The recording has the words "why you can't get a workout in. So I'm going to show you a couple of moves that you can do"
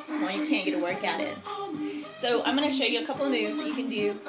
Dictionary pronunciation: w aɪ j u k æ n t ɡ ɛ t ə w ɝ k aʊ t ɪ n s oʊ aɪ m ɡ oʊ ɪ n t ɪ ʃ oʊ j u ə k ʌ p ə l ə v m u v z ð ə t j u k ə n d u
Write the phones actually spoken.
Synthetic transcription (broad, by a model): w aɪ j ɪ k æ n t ɡ ɛ t ə w ɝ k aʊ t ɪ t s oʊ aɪ m ɡ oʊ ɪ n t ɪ ʃ oʊ j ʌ ə k ʌ p l ə v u z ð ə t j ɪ k ə n d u